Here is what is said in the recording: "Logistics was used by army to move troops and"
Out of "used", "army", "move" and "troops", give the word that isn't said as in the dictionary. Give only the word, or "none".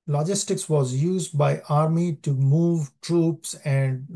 none